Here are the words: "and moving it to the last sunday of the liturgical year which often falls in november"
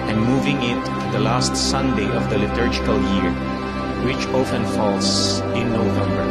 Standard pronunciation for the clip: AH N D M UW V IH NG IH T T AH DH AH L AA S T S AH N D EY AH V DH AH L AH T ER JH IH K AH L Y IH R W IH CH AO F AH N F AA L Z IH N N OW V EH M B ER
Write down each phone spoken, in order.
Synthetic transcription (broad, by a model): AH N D M UW V IH NG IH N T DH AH L AA S T S AH N D EY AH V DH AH L AH T ER JH IH K AH L Y IH R W IH CH AO F AH N F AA L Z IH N N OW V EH M B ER